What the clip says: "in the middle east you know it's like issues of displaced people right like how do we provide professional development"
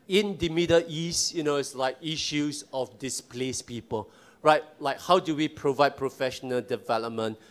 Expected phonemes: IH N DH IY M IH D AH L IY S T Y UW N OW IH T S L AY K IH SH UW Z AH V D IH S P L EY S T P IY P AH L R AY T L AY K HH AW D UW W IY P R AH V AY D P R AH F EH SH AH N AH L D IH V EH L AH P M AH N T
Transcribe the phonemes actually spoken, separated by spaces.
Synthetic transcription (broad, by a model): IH N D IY M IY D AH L IY S T Y UW N OW IH T S L AY K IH SH UW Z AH F D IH S P L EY S P IY P AH L R AY T L AY K HH AW D UW W IY P R AH V AY D P R AH F EH SH AH N AH L D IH V EH L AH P M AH N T